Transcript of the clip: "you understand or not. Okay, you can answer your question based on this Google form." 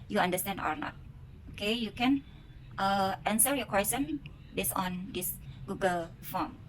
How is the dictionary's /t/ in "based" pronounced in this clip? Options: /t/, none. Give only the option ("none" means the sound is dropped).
none